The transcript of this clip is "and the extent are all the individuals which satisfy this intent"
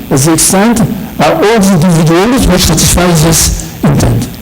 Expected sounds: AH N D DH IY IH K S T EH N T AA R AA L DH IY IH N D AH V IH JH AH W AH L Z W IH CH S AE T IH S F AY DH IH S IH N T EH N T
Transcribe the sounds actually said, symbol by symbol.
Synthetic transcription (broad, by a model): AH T DH IY IH K S T EH N T AA R AA L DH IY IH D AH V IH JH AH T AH Z W IH CH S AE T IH S F AY DH IH S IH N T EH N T